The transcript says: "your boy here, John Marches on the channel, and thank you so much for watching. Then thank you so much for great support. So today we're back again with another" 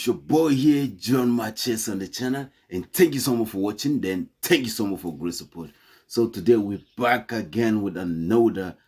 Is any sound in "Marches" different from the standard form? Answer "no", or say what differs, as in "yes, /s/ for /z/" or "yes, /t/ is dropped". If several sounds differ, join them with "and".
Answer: yes, /s/ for /z/